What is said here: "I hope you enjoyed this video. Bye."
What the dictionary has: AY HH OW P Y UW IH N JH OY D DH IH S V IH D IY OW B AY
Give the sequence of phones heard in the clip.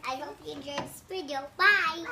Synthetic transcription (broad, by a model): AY HH OW P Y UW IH N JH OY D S P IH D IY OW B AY